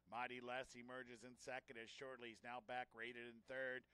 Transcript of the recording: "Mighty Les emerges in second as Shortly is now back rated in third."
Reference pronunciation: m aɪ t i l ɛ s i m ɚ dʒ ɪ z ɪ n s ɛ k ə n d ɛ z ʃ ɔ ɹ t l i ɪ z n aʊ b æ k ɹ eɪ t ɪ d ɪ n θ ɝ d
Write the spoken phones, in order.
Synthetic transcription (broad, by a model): m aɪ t i l ɛ s i m ɚ dʒ ɪ z ɪ n s ɛ k ə n d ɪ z ʃ ɔ ɹ t l i ɪ z n aʊ b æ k ɹ eɪ t ɪ d ɪ n θ ɝ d